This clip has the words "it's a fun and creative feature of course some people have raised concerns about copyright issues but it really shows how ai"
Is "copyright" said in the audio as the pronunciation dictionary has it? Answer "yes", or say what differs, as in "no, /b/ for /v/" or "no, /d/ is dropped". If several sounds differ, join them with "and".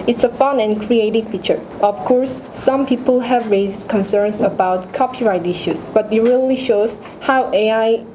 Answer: yes